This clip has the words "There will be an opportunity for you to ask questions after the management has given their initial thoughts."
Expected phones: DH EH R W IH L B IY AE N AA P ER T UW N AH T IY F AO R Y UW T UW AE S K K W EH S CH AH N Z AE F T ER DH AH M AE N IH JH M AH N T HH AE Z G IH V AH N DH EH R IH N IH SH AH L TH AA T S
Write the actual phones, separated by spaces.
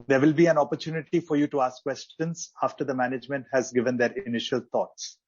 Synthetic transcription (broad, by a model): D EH R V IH L B IY AE N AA P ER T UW N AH T IY F AO R Y UW T UW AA S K K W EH S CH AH N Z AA F T ER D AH M AE N IH JH M AH N T HH AE Z G IH V AH N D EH R IH N IH SH AH L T AA T S